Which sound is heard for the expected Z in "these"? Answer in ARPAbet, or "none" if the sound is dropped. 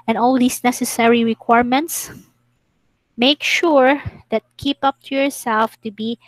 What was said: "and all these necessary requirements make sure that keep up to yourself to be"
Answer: S